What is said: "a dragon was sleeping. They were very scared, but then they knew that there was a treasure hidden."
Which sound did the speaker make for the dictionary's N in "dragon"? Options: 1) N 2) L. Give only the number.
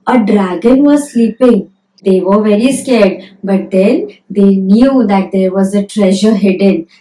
1